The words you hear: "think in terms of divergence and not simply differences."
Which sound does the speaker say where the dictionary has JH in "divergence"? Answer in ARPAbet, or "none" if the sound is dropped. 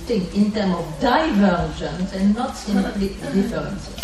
ZH